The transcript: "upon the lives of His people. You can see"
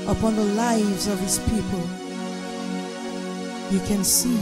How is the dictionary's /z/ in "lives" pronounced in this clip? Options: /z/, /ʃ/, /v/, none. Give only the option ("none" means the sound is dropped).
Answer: /z/